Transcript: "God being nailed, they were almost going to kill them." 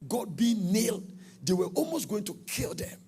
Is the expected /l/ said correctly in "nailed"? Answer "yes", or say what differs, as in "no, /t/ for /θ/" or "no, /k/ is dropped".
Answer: yes